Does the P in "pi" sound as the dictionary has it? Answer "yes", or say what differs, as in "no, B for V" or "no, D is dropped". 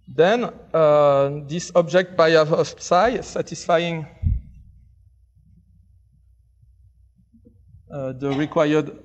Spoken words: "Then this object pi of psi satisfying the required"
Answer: no, B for P